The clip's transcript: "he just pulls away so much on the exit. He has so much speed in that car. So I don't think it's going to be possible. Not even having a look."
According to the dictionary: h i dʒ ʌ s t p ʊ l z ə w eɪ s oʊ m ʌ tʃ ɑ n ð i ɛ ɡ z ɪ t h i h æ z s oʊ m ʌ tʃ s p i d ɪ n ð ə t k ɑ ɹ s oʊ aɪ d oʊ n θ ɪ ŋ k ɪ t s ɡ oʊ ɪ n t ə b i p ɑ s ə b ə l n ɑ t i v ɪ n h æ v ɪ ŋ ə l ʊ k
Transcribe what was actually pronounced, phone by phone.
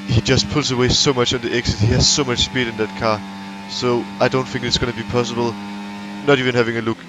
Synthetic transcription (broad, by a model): h i dʒ ʌ s t p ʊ l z ə w eɪ s oʊ m ʌ tʃ n ð i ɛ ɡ s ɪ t h i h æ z s oʊ m ʌ tʃ s p i d ɪ n ð ə t k ɑ s oʊ aɪ d oʊ n θ ɪ ŋ k ɪ t s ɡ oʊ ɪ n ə b i p ɑ s ə b ə l n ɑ t i v ɪ n h æ v ɪ ŋ ə l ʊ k